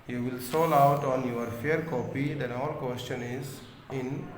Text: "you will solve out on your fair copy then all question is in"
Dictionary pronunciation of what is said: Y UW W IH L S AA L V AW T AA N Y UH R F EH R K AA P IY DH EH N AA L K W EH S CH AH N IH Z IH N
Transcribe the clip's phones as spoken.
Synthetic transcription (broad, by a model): Y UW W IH L S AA L AW T AA N Y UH R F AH R K AA P IY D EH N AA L K W EH S CH AH N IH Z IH N